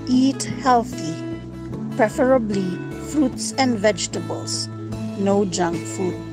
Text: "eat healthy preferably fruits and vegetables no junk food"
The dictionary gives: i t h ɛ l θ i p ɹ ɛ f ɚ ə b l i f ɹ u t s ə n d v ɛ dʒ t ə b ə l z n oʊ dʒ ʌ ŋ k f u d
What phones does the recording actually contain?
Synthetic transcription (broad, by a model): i t h ɛ l θ i p ɹ ɛ f ɚ ə b l i f ɹ u t s ə n d v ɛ dʒ t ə b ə l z n oʊ dʒ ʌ ŋ k f u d